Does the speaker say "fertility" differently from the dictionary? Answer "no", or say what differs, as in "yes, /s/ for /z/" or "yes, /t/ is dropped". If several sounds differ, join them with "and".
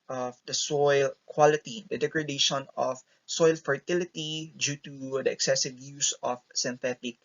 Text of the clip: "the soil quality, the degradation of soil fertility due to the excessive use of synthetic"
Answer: no